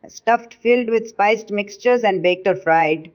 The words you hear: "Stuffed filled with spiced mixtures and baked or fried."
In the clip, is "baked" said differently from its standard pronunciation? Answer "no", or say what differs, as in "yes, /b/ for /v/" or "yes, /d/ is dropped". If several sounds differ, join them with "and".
no